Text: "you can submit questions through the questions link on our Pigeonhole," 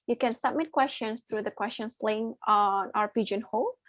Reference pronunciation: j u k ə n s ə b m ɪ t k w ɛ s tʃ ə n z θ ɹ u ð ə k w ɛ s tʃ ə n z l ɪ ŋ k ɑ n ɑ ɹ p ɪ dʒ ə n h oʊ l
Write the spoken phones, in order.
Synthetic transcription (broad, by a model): j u k ə n s ə b m ɪ t k w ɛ s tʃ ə n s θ ɹ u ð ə k w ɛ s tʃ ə n s l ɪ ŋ ɑ n ɑ ɹ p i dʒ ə n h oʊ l